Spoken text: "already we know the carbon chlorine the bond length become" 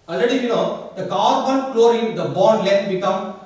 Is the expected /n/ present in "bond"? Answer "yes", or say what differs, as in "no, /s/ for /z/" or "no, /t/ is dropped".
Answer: no, /l/ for /n/